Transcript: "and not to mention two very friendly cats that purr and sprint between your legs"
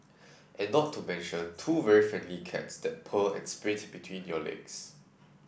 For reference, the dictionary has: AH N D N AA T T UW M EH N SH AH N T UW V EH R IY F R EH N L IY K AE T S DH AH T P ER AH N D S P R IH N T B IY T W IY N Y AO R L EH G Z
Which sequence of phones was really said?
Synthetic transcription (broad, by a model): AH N N AA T T UW M EH N SH AH N T UW V EH R IY F R EH N L IY K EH T S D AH T P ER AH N S P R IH T B IY T W IY N Y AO L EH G S